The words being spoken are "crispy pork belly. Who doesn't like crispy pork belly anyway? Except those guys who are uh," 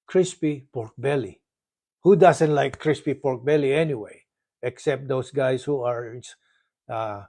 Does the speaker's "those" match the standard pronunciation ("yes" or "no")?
no